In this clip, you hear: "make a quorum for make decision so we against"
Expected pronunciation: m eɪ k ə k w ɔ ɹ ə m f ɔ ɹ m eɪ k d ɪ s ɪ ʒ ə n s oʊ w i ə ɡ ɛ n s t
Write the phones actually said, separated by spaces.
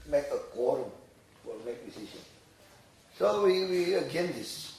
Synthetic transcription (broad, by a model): m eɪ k ə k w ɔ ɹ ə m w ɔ l m eɪ k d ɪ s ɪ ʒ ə n s oʊ w i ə ɡ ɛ n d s